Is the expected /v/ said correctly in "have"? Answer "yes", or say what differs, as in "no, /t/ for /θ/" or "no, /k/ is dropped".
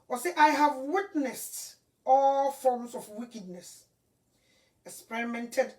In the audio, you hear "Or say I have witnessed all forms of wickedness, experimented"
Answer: yes